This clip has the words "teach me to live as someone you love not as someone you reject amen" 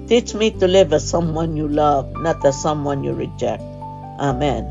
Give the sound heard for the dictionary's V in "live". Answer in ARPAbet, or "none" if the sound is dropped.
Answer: V